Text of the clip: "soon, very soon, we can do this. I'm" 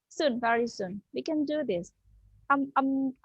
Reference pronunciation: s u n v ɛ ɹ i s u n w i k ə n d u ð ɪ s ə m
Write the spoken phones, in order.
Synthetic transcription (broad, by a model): s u n v ɛ ɹ i s u n w i k ə n d u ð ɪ s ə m